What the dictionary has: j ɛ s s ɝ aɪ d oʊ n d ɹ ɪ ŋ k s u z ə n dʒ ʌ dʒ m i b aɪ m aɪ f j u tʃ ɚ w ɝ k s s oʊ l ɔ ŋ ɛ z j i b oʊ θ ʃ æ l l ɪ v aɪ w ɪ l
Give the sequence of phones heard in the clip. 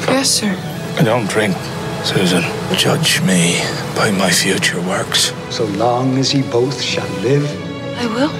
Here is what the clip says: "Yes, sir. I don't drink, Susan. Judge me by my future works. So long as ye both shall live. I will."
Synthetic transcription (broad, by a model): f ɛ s s ɝ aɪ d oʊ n d ɹ ɪ ŋ k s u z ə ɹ dʒ ʌ dʒ m i b aɪ m aɪ f j u tʃ ɚ w ɝ k s s oʊ l ɔ ŋ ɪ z i b oʊ θ ʃ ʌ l l ɪ v aɪ w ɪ l